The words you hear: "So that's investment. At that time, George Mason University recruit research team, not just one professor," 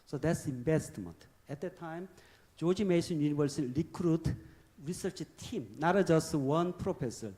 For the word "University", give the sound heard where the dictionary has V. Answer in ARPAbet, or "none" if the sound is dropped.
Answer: B